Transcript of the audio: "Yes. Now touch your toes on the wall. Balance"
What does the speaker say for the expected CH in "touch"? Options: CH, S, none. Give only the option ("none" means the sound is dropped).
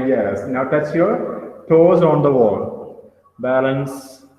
S